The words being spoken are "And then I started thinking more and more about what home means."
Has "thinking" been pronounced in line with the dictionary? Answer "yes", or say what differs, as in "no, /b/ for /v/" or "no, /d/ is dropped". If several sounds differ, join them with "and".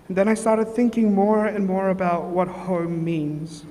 yes